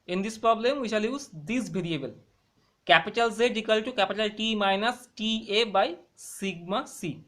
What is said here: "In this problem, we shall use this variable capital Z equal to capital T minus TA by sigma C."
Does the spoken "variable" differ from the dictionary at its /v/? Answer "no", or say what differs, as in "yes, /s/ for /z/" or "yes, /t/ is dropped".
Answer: yes, /b/ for /v/